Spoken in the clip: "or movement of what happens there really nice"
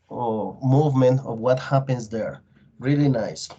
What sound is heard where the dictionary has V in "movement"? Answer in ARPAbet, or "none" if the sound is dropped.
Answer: V